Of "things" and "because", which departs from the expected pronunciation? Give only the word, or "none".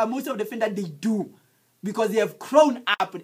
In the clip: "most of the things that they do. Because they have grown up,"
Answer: things